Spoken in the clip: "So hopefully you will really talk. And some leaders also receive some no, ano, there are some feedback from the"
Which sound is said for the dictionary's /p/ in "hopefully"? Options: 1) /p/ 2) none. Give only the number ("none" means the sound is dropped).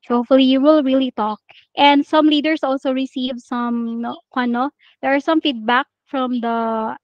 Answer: 2